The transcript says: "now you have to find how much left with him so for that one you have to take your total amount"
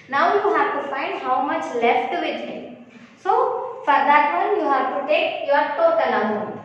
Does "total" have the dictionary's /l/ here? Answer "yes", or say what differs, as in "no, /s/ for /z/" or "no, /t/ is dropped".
no, /n/ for /l/